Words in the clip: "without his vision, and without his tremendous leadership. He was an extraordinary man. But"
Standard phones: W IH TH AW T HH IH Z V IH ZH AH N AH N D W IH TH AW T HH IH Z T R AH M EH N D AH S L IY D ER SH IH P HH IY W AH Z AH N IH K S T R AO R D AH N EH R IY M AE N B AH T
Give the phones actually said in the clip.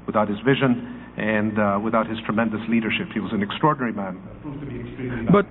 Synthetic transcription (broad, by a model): W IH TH AW T HH IH Z V IH ZH AH N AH N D W IH TH AW T HH IH Z T R AH M EH N D AH S L IY D ER SH IH P HH IY W AH Z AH N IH K S T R AO R D N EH R IY M AE N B AH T